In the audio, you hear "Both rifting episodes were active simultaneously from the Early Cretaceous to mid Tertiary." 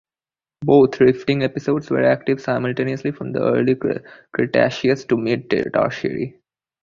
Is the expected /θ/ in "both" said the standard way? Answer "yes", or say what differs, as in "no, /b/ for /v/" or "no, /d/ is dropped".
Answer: no, /t/ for /θ/